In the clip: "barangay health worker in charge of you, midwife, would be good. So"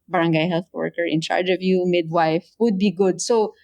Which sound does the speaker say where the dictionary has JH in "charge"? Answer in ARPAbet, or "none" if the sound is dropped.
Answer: JH